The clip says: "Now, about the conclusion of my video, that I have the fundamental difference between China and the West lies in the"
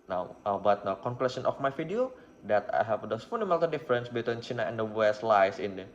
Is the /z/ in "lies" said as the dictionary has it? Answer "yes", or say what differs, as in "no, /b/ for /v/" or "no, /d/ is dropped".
no, /s/ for /z/